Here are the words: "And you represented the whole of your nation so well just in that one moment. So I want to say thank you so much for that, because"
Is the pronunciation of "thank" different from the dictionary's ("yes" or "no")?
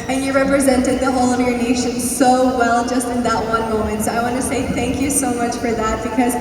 no